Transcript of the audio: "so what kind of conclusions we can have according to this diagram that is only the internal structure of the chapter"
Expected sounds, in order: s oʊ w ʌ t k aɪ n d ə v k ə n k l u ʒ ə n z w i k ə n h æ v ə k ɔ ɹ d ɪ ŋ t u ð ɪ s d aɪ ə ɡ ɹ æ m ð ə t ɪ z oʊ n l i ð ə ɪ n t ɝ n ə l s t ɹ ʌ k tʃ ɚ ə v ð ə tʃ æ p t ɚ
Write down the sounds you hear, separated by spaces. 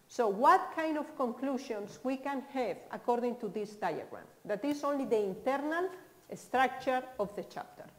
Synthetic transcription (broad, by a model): s oʊ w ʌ t k aɪ n d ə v k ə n k l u ʃ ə n s w i k ə n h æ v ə k ɔ ɹ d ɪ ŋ t u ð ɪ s d aɪ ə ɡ ɹ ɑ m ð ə t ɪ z oʊ n l i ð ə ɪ n t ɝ n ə l s t ɹ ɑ k tʃ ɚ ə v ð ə tʃ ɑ p t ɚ